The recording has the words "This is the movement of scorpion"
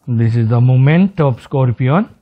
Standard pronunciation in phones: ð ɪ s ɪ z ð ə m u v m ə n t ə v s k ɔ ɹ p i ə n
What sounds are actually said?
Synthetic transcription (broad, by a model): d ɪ s ɪ z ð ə m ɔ m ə n t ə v s k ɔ ɹ p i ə n